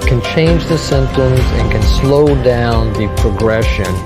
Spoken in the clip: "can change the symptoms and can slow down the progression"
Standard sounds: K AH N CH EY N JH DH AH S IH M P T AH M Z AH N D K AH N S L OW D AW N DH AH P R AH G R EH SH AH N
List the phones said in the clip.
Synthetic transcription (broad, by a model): K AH N CH EY N JH DH AH S IH M P T AH M Z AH N K AH N S L OW D AW N DH AH P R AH G R EH SH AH N